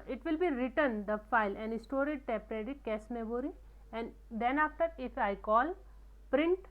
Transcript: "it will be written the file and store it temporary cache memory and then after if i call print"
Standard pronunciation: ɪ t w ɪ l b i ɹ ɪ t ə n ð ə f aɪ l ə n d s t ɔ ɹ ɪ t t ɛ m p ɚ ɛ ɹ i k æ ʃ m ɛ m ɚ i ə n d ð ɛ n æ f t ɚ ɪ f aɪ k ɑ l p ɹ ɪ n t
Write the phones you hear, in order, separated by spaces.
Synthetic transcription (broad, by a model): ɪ t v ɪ l b i ɹ ɪ t ə n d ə f aɪ l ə n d s t ɔ ɹ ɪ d t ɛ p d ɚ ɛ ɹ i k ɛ s m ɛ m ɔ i ə n d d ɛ n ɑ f t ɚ ɪ f aɪ k ɑ l p ɹ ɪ n t